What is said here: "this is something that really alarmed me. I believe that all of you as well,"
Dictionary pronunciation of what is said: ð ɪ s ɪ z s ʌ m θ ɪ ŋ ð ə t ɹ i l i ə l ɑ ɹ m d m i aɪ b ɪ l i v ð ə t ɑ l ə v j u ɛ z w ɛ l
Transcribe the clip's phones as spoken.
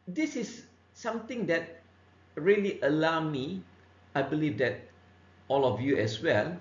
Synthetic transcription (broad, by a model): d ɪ s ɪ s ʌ m t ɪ ŋ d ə t ɹ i l i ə l ɑ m m i aɪ b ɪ l i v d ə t ɑ l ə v j u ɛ s w ɛ l